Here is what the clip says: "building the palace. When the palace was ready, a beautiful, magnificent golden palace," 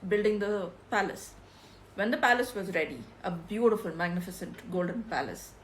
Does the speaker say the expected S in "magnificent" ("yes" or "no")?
yes